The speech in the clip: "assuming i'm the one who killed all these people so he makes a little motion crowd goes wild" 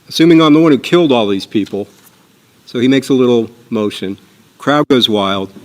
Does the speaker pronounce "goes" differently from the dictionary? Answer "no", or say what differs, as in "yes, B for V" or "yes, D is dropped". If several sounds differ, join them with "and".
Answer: no